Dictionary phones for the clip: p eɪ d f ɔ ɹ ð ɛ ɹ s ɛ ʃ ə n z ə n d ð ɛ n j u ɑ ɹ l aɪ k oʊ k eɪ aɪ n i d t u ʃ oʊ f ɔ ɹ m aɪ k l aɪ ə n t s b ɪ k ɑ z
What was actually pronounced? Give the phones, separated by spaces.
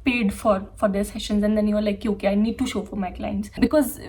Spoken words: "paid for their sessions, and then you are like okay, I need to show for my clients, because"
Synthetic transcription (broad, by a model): p eɪ d f ɔ ɹ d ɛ ɹ s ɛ ʃ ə n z ə n d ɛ n j u ɑ ɹ l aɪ k oʊ k eɪ aɪ n i d t u ʃ oʊ f ɔ ɹ m aɪ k l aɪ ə n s b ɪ k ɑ z